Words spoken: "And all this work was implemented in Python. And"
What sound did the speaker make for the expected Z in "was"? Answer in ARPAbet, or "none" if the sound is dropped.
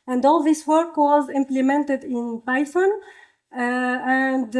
Z